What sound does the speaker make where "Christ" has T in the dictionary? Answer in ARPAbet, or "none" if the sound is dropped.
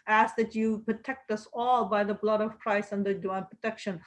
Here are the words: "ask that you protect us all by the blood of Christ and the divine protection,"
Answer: none